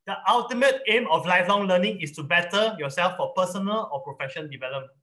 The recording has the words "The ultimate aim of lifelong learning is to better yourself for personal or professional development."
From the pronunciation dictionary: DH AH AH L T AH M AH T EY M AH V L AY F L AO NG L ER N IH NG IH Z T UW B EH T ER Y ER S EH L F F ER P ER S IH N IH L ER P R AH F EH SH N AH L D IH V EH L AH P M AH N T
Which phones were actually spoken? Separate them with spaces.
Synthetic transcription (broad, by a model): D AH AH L T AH M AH T EY M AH F L AY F L AO NG L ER N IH NG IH S T UW B EH T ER Y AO S EH L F F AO P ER S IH N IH L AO P R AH F EH SH AH N D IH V EH L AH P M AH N